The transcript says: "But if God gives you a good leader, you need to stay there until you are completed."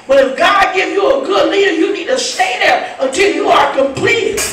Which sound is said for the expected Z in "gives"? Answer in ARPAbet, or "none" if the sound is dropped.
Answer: none